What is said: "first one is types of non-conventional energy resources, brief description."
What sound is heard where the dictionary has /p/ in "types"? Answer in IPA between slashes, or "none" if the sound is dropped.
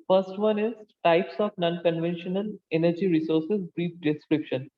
/p/